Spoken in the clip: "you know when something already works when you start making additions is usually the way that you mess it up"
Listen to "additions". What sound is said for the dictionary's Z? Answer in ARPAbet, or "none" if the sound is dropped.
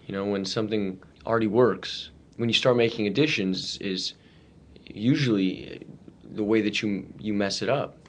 Z